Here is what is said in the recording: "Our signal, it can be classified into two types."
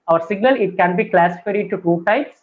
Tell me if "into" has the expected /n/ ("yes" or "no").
no